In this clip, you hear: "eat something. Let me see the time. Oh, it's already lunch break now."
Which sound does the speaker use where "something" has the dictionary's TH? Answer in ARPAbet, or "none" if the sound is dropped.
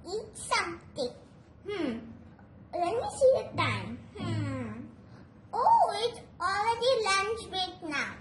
T